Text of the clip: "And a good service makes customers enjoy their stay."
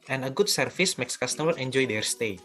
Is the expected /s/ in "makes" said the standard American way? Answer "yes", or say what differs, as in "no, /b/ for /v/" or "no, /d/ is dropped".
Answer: yes